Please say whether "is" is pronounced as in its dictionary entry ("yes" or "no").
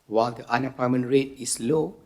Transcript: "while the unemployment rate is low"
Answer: no